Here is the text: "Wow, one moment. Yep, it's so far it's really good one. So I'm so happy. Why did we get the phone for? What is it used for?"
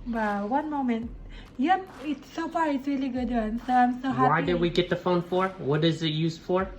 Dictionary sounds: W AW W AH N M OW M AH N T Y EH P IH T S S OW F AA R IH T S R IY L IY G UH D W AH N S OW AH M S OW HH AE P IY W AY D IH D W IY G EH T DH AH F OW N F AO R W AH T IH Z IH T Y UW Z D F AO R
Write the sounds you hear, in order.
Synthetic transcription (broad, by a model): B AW W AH N M OW M AH N T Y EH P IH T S S OW F AA R IH T S R IY L IY G UH D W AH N S OW AH M S OW HH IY W AY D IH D W IY G EH T DH AH F OW N F AO R W AH T IH Z IH T Y UW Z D F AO R